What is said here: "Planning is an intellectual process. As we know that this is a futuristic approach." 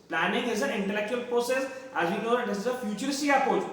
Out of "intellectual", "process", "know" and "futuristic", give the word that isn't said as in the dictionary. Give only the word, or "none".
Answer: futuristic